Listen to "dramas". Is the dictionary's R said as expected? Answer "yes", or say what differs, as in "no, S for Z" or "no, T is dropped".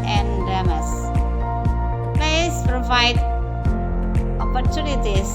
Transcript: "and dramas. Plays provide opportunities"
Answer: no, R is dropped